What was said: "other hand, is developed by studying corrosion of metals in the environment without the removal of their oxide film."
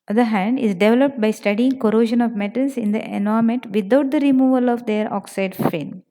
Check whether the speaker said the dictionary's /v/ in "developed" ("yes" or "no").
yes